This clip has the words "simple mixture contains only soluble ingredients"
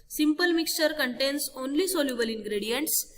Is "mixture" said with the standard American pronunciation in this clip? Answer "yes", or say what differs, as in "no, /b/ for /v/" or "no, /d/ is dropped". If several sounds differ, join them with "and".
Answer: yes